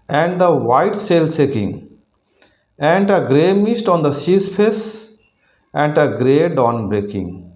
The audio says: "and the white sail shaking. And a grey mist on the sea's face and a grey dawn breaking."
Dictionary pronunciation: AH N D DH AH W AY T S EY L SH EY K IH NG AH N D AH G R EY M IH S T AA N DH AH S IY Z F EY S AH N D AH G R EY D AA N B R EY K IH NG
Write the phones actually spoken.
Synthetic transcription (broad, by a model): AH N D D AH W AY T S EY L S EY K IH NG AH N D AH G R EY M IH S T AA N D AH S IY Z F EY S AH N D AH G R EY D AA N B R EY K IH NG